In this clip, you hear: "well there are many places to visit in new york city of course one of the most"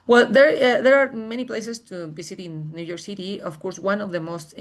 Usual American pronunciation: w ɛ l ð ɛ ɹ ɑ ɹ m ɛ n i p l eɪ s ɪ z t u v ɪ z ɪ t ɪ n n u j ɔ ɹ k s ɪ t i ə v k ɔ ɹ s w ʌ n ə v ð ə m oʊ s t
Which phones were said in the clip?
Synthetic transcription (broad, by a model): w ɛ l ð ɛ ɹ ɑ ɹ m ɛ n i p l eɪ s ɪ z t u b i s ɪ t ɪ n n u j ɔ ɹ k s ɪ t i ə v k ɔ ɹ s w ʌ n ə v ð ə m oʊ s t